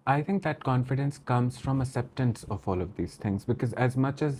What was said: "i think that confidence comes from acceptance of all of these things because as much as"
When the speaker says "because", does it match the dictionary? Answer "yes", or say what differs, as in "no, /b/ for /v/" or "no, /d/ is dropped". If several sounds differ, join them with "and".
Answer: yes